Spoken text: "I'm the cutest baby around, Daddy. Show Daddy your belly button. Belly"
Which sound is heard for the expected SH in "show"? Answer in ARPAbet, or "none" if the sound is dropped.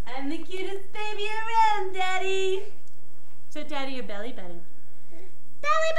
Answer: S